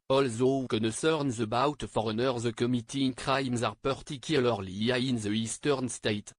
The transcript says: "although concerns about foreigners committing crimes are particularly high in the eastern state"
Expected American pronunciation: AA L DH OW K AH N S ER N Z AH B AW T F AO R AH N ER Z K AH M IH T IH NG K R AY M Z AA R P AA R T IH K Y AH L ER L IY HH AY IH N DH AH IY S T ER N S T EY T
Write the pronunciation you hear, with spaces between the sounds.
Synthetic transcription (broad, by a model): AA L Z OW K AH N S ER N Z AH B AW T F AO R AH N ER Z K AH M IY T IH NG K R AY M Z AA R P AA R T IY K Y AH L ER L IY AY IH N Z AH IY S T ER N S T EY T